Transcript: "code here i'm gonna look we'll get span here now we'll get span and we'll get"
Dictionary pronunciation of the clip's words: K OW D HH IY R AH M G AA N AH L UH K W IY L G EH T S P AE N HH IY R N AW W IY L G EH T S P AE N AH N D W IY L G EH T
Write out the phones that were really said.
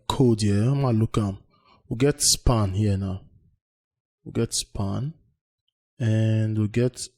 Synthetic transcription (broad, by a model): K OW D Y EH AH M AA L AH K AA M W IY G EH T S P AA N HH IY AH N AW W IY G EH T S P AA N AH N D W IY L G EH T